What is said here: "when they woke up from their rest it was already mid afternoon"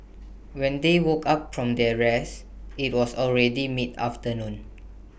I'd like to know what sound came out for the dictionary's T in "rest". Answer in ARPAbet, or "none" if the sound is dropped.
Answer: none